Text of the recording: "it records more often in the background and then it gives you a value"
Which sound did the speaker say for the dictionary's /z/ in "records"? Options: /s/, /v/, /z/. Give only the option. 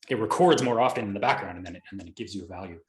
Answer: /z/